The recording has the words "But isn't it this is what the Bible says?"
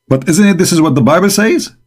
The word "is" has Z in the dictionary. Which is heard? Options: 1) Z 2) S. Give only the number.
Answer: 1